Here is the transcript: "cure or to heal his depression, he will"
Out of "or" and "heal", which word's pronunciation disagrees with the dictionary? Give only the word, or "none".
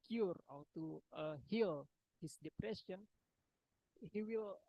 or